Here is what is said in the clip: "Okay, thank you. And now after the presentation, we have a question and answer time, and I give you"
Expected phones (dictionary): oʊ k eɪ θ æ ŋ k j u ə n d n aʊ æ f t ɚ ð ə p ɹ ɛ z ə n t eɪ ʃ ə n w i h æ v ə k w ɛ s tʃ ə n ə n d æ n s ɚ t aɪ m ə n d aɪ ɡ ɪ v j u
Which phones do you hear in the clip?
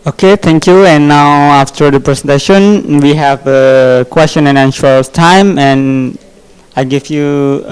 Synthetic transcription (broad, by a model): oʊ k eɪ t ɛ ŋ k j u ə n n aʊ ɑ f t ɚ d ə p ɹ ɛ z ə n t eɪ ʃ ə n w i h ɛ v ə k w ɛ s tʃ ə n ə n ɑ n ʃ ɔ t aɪ m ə n aɪ ɡ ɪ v j u